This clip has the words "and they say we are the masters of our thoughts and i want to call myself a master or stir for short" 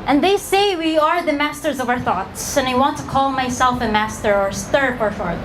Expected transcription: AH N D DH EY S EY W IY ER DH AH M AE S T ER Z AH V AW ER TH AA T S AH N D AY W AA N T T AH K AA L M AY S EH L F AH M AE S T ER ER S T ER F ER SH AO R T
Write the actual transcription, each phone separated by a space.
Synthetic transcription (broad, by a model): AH N DH EY S EY W IY ER DH AH M AE S T ER Z AH V AW ER TH AA T S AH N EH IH W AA N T T AH K AA L M AY S EH L F AH M AE S T ER ER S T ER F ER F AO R